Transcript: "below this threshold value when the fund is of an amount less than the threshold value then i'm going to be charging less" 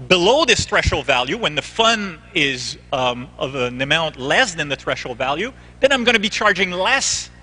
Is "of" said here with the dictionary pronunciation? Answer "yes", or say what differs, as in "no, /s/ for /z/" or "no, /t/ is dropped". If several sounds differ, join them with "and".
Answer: yes